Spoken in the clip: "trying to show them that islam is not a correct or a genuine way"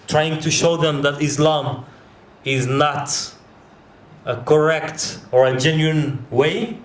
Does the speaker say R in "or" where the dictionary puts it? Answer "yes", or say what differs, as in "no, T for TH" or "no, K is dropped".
yes